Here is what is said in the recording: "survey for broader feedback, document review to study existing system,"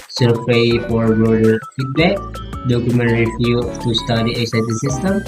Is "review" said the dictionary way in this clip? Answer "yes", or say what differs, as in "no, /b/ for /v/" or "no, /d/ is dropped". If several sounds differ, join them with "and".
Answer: no, /f/ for /v/